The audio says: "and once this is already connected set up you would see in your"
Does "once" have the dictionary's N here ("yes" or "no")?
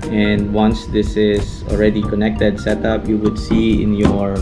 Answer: yes